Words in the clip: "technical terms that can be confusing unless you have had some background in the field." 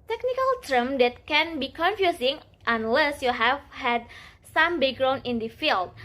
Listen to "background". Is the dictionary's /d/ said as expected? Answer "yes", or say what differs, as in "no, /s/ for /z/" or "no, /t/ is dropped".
no, /d/ is dropped